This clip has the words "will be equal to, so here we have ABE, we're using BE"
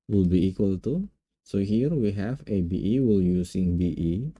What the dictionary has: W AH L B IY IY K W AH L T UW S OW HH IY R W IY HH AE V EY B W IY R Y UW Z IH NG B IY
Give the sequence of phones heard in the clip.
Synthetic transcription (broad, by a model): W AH L B IY IY K W AH L T UW S OW HH IY R W IY HH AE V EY B W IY L Y UW S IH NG B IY